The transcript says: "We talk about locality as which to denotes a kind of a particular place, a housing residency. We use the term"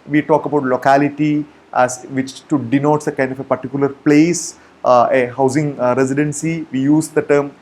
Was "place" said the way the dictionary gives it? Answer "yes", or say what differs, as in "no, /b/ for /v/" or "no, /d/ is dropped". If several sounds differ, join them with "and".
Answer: yes